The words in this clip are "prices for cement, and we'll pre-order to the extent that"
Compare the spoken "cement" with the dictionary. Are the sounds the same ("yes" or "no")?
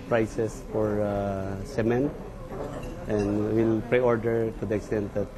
yes